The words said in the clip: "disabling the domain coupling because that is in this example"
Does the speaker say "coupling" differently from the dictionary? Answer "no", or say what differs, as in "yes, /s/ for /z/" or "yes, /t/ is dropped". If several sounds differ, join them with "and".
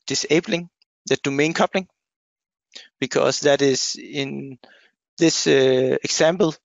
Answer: no